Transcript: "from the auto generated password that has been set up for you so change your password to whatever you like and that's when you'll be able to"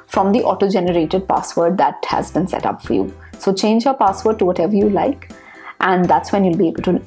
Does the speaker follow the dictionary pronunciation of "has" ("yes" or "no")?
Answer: yes